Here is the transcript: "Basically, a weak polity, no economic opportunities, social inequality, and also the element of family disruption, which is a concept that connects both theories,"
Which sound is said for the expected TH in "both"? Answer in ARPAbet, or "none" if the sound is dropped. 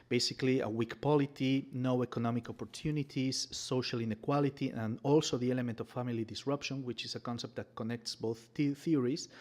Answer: TH